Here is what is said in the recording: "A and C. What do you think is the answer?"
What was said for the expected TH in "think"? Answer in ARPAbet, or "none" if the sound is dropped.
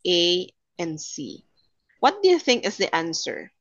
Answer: TH